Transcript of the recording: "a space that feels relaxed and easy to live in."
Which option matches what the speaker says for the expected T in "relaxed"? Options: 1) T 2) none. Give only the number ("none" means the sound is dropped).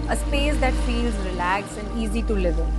2